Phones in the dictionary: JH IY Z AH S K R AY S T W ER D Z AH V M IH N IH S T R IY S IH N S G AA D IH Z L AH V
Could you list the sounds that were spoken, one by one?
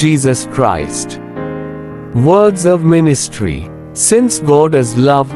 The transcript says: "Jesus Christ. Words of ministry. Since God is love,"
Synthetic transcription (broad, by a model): IY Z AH S K R AY S T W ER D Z AH V M IH N IH S T R IY S IH N S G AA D IH Z L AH V